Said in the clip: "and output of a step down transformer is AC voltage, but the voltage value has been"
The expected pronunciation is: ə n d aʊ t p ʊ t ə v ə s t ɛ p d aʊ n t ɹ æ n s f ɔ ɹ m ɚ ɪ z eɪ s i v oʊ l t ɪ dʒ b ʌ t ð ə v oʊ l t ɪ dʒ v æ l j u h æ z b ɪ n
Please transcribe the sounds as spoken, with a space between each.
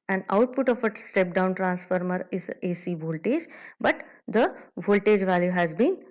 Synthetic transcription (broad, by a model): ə n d aʊ t p ʊ t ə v ə s t ɛ p d aʊ n t ɹ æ n s f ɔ ɹ m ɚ ɪ z eɪ s i v oʊ l t ɪ dʒ b ʌ t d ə v oʊ l t ɪ dʒ v æ l j u h æ z b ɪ n